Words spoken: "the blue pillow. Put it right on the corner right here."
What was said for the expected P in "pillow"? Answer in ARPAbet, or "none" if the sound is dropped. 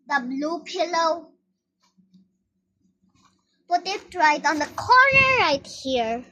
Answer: P